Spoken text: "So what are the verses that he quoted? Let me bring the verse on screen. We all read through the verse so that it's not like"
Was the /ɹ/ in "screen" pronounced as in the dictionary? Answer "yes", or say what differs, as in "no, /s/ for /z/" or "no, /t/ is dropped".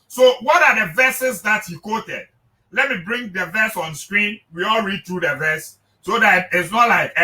yes